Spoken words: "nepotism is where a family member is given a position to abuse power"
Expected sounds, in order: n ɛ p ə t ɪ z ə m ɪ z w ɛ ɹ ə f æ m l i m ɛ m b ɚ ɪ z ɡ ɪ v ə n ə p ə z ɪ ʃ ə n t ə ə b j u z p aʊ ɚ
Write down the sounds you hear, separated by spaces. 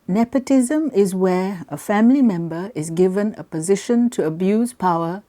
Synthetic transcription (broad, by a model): n ɛ p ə t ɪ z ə m ɪ z w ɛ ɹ ə f æ m l i m ɛ m b ɚ ɪ z ɡ ɪ v ə n ə p ə z ɪ ʃ ə n t ə ə b j u z p aʊ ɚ